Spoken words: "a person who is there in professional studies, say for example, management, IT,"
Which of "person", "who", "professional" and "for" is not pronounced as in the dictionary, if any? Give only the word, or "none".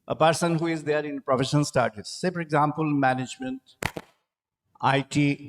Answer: professional